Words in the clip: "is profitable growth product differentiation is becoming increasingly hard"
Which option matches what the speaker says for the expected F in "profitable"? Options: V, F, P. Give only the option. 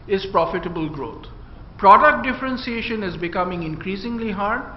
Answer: F